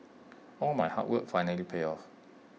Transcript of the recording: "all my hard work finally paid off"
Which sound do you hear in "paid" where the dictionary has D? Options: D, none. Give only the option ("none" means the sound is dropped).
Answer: none